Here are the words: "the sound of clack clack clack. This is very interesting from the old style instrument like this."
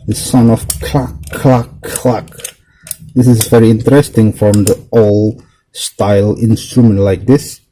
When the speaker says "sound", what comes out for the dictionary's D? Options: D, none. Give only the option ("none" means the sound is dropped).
none